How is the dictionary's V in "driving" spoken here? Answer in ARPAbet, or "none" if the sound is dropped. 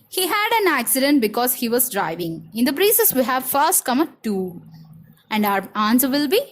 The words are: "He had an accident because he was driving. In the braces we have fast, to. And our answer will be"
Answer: V